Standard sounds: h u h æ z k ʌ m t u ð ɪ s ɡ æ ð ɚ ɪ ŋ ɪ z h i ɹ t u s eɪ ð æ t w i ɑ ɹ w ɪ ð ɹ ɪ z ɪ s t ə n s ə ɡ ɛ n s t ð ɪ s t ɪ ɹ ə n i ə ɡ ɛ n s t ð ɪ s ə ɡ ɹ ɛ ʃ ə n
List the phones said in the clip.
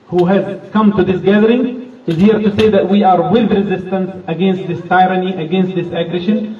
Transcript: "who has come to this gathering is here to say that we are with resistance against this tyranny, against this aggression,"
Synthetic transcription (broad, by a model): h u h æ z k ʌ m t u ð ɪ s ɡ æ ð ɚ ɪ ŋ ɪ z h i ɹ t u s eɪ ð æ t w i ɑ ɹ w ɪ ð ɹ ɪ z ɪ s t ə n s ə ɡ ɛ n s t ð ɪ s t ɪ ɹ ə n i ə ɡ ɛ n s t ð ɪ s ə ɡ ɹ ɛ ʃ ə n